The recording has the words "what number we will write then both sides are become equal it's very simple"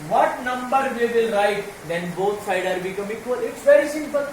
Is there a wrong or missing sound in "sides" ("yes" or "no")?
yes